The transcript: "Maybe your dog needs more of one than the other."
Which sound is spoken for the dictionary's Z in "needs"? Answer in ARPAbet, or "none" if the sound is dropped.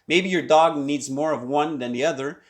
Z